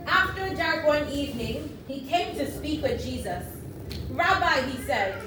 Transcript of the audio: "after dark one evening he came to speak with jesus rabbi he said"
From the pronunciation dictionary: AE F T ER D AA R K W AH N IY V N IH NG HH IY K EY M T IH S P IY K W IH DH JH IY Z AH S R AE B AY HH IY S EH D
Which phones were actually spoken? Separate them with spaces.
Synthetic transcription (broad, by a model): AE F T ER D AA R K W AH N IY V N IH NG HH IY K EY M T IH S P IY K W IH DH JH IY Z AH S R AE B AY HH IY S EH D